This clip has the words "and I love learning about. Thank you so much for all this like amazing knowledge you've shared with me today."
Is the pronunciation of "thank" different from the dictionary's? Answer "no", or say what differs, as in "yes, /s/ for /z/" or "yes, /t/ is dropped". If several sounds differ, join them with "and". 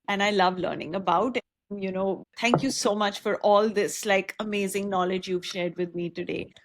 yes, /t/ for /θ/